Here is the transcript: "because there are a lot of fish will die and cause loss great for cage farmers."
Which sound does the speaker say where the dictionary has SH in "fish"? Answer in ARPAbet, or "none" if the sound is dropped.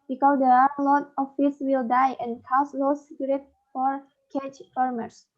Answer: S